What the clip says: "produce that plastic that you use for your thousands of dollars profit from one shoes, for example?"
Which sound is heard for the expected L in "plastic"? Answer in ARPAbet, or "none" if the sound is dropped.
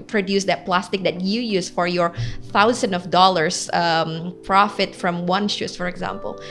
L